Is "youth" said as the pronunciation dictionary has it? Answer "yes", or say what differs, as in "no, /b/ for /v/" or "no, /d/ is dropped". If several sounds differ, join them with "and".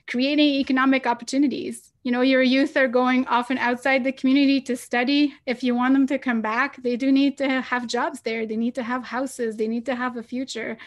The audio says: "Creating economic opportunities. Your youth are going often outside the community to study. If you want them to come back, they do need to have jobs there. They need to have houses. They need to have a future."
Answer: yes